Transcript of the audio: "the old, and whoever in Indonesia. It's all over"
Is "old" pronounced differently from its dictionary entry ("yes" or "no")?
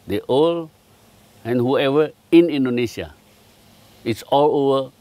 yes